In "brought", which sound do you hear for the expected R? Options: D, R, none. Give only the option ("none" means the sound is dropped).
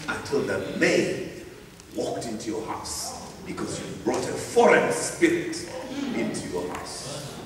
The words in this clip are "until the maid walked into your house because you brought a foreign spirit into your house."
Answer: R